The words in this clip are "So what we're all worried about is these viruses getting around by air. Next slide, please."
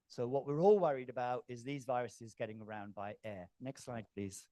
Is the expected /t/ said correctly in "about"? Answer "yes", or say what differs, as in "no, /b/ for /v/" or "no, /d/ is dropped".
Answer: yes